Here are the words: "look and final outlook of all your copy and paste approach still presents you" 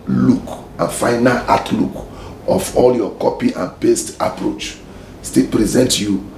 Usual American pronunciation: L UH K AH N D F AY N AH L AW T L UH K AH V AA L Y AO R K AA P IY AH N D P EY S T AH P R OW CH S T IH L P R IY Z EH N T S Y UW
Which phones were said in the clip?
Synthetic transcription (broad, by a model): L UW K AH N F AY N AH L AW T L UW K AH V AA L Y AO K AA P IY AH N P EY S T AH P R OW CH S T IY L P R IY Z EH N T Y UW